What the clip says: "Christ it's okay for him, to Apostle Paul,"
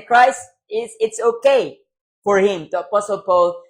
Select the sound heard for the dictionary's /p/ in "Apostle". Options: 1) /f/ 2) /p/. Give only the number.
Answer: 2